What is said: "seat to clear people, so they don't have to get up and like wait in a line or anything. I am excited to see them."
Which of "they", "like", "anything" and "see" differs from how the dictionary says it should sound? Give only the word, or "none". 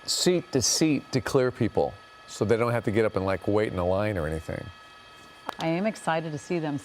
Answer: none